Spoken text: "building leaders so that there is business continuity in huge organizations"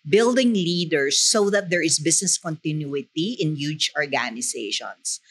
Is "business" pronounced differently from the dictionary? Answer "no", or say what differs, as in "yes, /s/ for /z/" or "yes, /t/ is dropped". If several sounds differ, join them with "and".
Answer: yes, /s/ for /z/